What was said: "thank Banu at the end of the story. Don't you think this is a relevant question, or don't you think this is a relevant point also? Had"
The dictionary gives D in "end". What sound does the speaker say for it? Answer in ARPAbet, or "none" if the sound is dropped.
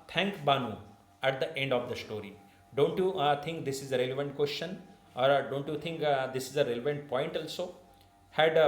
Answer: D